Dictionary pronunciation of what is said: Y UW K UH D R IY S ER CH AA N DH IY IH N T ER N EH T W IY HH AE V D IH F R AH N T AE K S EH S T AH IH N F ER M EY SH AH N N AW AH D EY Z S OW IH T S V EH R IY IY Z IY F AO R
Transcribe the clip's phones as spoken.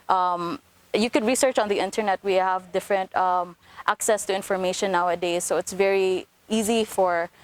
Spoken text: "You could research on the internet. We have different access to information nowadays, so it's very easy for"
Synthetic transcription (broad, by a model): Y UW K UH D R IY S ER CH AA N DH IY IH N T ER N EH T W IY HH AE V D IH F R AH N T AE K S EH S T AH IH N F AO M EY SH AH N N AW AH D EY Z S OW IH T S V EH R IY IY Z IY F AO R